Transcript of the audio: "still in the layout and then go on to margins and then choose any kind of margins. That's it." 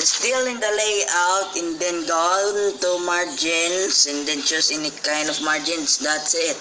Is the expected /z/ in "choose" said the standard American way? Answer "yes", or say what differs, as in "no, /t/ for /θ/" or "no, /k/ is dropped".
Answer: no, /s/ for /z/